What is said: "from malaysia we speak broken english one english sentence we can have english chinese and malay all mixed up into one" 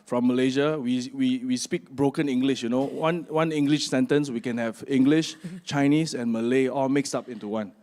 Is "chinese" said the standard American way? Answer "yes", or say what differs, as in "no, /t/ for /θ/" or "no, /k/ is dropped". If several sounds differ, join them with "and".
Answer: no, /s/ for /z/